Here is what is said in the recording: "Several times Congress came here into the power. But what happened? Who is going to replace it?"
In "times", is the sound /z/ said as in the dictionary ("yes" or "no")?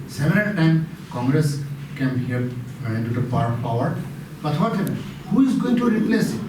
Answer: no